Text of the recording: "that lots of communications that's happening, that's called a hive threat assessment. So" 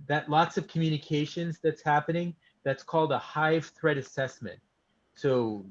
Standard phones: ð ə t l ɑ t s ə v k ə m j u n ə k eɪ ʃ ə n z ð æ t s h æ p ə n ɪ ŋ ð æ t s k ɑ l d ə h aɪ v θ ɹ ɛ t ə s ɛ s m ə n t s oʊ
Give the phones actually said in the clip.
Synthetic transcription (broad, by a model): ð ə t l ɑ t s ə v k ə m j u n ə k eɪ ʃ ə n z ð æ t s h æ p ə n ɪ ŋ ð æ t s k ɑ l d ə h aɪ v θ ɹ ɛ t ə s ɛ s m ə n t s oʊ